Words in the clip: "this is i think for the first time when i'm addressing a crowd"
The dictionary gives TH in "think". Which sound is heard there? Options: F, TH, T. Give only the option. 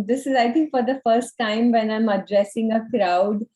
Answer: T